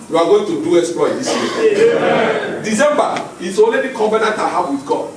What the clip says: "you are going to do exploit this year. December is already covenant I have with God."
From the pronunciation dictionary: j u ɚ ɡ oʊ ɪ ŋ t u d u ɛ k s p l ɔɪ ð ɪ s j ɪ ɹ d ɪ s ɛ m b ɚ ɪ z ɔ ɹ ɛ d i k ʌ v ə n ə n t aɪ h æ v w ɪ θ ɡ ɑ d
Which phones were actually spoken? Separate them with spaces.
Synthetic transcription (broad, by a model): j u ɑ ɡ oʊ ɪ ŋ t u d u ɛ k s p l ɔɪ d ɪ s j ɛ d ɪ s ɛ m b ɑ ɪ s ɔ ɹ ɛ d i k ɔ b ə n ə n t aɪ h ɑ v w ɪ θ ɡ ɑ